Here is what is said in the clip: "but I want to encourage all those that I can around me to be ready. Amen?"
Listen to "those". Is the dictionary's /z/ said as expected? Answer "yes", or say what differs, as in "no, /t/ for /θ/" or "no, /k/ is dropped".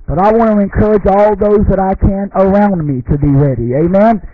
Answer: yes